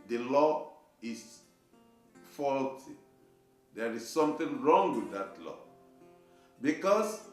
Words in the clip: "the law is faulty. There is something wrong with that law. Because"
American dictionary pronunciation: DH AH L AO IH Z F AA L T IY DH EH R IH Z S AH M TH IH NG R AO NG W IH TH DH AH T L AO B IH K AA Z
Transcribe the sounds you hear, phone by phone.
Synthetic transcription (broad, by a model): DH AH L AO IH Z F AA L T IY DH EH R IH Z S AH M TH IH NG R AO NG W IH DH AH T L AO B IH K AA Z